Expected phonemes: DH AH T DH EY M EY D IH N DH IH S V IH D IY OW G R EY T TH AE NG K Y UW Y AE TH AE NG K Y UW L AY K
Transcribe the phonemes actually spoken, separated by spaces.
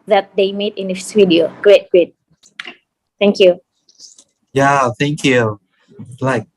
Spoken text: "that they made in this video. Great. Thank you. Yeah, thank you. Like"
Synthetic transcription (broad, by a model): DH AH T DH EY M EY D IH N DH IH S W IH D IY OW G R EY T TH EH NG K Y UW Y AE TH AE NG K Y UW L AY K